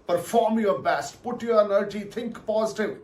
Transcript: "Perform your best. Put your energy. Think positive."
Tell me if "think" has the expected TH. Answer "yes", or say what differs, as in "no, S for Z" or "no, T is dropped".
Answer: no, T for TH